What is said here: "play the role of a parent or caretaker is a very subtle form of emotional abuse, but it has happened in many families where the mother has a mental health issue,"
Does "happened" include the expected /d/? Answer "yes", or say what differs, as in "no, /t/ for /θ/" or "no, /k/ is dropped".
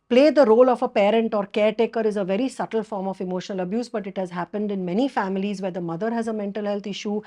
yes